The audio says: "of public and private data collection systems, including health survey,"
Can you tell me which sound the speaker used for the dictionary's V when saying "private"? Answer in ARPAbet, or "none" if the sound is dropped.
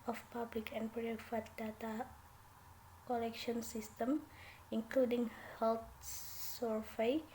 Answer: F